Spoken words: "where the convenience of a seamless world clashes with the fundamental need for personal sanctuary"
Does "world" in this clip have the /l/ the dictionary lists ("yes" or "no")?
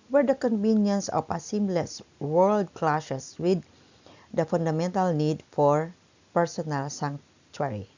yes